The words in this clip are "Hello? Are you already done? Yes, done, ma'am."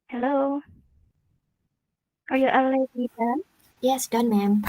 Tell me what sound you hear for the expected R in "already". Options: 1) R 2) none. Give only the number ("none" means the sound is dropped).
2